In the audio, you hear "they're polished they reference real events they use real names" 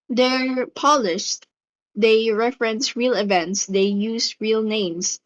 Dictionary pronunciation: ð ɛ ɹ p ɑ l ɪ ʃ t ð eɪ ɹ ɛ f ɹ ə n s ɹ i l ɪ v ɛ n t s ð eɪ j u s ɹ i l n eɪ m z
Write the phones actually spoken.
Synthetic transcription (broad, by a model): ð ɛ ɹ p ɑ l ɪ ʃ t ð eɪ ɹ ɛ f ɹ ə n s ɹ i l ɪ v ɛ n t s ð eɪ j u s ɹ i l n eɪ m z